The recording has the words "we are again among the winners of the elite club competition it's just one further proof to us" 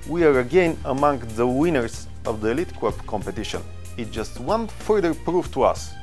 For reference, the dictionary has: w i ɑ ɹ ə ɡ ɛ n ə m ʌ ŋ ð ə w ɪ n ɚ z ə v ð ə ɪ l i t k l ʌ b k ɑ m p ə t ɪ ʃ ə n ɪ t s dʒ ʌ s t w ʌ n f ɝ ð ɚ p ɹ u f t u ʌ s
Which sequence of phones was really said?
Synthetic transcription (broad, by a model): w i ɑ ɹ ə ɡ ɛ n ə m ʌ ŋ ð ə w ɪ n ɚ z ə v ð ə ɪ l i t k w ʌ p k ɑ m p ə t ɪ ʃ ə n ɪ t dʒ ʌ s t w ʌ n f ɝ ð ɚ p ɹ u f t u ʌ s